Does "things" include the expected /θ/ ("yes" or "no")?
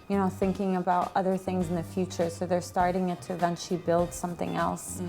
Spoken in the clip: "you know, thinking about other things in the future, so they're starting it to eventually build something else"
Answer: yes